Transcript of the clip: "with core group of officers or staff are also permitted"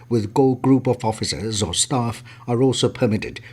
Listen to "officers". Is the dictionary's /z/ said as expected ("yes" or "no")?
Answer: yes